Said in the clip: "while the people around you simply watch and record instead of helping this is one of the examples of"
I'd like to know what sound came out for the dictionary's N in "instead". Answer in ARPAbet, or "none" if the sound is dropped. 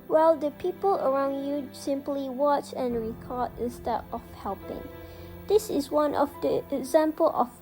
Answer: none